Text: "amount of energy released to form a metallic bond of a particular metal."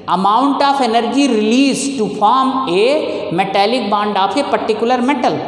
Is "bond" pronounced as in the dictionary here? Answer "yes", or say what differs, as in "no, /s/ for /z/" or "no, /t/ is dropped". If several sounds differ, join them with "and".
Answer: yes